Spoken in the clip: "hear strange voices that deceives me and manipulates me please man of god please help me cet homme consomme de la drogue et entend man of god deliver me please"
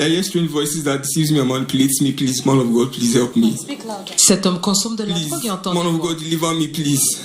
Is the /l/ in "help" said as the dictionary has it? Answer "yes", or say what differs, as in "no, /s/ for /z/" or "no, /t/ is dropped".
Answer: yes